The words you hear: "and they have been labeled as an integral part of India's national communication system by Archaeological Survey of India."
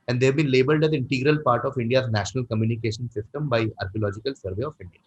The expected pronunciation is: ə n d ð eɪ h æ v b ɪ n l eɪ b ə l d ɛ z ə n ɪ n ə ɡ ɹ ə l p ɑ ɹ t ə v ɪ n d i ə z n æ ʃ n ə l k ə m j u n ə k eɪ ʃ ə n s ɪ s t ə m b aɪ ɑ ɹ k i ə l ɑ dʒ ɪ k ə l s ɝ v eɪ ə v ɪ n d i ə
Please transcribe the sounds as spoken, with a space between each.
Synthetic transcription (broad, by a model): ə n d eɪ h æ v b ɪ n l eɪ b ə l d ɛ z ə n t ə ɡ ɹ ə l p ɑ ɹ t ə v ɪ n d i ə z n æ ʃ n ə l k ə m j u n ə k eɪ ʃ ə n s ɪ s t ə m b aɪ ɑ ɹ k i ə l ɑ dʒ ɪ k ə l s ɝ v eɪ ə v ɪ n d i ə